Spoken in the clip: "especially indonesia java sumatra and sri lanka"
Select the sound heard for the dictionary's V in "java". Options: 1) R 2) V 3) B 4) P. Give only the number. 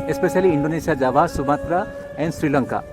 3